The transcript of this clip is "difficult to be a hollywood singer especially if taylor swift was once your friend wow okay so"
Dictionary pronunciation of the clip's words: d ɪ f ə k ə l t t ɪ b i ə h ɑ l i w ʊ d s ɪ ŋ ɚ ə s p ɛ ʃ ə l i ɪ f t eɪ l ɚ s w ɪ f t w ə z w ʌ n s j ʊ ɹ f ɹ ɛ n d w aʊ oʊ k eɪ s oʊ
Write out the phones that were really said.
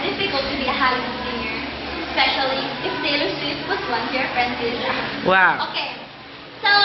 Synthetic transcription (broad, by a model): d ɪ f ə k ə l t t ɪ b i ə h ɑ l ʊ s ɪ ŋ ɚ s p ɛ ʃ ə l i ɪ f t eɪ l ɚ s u t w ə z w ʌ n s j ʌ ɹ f ɹ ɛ n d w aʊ oʊ k eɪ s oʊ